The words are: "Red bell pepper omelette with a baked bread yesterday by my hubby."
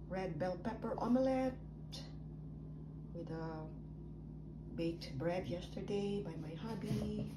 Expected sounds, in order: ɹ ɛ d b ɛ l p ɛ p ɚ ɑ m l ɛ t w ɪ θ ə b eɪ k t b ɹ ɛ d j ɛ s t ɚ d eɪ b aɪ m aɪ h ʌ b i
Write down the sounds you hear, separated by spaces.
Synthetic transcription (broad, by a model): ɹ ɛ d b ɛ l p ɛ p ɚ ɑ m l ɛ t w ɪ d ə b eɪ t b ɹ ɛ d j ɛ s t ɚ d eɪ b aɪ m aɪ h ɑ b i